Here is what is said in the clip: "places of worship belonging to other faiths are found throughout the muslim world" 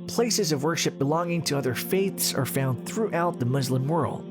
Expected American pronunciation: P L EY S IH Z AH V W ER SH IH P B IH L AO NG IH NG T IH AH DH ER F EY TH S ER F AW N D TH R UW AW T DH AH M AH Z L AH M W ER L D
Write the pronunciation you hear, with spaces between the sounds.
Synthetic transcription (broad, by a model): P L EY S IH Z AH V W ER SH IH P B IH L AO NG IH NG T IH AH DH ER F EY TH S ER F AW N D TH R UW AW T DH AH M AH Z L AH M W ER L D